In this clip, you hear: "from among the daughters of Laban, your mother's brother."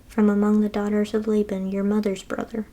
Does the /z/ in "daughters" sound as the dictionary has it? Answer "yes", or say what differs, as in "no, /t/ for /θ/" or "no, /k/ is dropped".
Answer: yes